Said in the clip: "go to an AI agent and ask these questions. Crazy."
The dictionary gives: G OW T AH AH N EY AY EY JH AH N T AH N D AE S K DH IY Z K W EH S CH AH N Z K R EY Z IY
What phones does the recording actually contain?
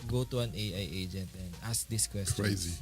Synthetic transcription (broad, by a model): G OW T AH AH N EY AY EY JH AH N T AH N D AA S K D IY S K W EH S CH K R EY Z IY